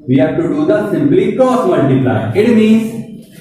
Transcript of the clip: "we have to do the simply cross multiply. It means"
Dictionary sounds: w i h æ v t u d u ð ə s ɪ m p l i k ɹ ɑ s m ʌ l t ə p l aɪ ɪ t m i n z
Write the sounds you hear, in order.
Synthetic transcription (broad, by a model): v i h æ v t u d u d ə s ɪ m p l i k ɑ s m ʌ n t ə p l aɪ ɪ t m i n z